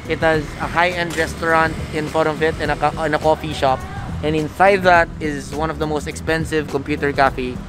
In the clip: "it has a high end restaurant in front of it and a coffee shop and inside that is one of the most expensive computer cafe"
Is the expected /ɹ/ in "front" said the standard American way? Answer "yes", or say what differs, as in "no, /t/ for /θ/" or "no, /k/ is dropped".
no, /ɹ/ is dropped